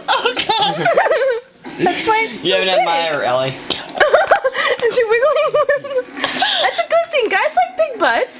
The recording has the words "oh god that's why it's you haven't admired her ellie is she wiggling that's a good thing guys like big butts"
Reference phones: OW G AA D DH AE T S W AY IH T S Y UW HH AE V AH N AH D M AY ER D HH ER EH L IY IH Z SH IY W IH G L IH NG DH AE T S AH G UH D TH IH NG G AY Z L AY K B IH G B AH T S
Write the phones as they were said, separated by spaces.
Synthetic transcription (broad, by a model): OW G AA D DH AE T S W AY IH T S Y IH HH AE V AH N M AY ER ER EH L IY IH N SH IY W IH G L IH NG DH AE T S AH G UH D TH IH NG G AY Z L AY K B IH G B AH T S